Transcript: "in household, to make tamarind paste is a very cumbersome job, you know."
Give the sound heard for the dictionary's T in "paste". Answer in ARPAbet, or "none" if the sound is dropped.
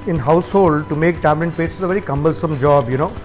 none